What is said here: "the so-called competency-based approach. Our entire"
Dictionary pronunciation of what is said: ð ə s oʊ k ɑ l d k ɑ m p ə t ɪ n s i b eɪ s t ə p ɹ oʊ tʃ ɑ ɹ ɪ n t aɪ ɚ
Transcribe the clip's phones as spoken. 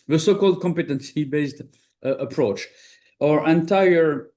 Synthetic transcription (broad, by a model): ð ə s oʊ k ɑ l d k ɑ m p ə t ɪ n s i b eɪ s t ə p ɹ oʊ tʃ ɑ ɹ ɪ n t aɪ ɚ